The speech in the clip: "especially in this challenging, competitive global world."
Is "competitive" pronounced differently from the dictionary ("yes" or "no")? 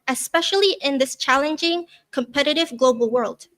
no